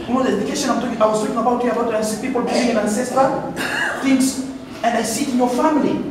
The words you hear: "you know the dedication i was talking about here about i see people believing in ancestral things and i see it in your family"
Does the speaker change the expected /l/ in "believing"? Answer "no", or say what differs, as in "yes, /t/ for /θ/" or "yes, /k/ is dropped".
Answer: yes, /l/ is dropped